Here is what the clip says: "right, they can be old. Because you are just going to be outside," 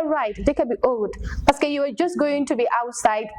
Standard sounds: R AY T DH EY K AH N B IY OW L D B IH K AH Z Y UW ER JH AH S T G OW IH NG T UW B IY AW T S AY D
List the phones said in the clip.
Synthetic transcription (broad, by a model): R AY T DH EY K AH N B IY OW L D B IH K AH Y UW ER JH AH S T G OW IH NG T UW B IY AW T S AY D